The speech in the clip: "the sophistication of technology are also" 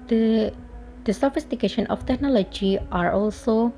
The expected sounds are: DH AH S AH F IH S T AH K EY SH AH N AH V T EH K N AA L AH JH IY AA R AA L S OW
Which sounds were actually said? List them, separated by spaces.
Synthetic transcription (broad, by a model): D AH S AH F IH S T AH K EY SH AH N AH F T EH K N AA L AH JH IY AA R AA L S OW